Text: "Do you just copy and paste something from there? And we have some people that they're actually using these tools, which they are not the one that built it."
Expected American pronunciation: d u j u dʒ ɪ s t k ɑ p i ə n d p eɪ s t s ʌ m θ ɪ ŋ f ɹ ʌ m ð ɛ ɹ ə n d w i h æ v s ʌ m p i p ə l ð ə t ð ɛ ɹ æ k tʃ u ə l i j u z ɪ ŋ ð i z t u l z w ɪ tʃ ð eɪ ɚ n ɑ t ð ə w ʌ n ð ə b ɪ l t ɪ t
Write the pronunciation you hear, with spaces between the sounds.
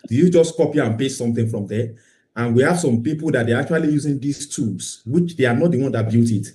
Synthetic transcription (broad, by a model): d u j u dʒ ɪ s k ɑ p i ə n p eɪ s s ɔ m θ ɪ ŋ f ɹ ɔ m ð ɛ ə n w i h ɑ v s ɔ m p i p ə l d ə t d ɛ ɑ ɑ k tʃ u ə l i j u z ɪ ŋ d i s t u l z w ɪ tʃ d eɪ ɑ n ɑ t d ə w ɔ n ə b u t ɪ t